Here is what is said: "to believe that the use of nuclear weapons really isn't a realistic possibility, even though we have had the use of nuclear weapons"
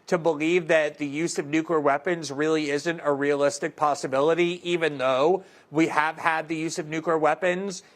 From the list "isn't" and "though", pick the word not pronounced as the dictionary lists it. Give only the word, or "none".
none